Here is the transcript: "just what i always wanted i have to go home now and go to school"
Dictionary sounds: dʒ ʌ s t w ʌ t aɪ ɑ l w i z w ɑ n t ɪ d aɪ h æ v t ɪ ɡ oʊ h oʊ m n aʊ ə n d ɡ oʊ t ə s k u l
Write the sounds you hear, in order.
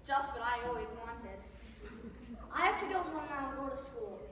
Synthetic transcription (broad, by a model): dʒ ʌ s t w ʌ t aɪ ɑ l w i z w ɑ n t ɪ d aɪ h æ f t ɪ ɡ oʊ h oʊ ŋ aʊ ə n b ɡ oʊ t ə s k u l